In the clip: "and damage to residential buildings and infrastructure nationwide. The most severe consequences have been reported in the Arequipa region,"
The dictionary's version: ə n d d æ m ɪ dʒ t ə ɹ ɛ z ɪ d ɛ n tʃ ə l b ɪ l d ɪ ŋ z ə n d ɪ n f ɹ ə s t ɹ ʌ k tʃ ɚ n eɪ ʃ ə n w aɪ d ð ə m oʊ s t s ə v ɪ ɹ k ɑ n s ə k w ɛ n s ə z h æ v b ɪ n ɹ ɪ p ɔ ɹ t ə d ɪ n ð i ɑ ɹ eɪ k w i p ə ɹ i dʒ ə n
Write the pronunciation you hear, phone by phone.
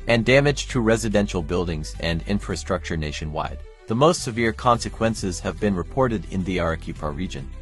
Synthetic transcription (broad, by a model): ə n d d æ m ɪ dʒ t ə ɹ ɛ z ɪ d ɛ n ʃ l b ɪ l d ɪ ŋ z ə n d ɪ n f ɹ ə s t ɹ ʌ k tʃ ɚ n eɪ ʃ ə n w aɪ d ð ə m oʊ s t s ə v ɪ ɹ k ɑ n s ə k w ɛ n s ə z h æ v b ɪ n ɹ ɪ p ɔ ɹ t ə d ɪ n ð i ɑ ɹ k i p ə ɹ i dʒ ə n